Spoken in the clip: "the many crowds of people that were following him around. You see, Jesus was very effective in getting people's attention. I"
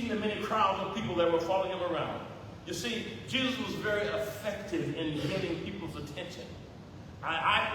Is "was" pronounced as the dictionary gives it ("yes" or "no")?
yes